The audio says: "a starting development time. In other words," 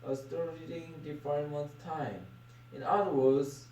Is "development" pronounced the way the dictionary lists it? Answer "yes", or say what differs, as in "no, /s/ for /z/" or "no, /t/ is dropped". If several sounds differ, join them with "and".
no, /f/ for /v/ and /l/ is dropped